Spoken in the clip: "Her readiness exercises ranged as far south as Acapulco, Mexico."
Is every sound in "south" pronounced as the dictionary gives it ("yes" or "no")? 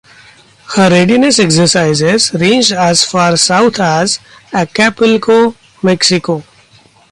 no